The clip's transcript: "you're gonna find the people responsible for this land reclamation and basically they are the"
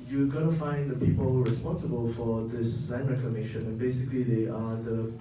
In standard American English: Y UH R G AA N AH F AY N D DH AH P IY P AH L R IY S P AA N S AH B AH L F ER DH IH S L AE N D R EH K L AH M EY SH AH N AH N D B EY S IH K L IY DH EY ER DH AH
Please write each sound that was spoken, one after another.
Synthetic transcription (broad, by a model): Y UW G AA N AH F AY N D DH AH P IY P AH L R IY S P AA N S AH B AH L F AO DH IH S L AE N R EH K AH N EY SH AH N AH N B EY S IH K L IY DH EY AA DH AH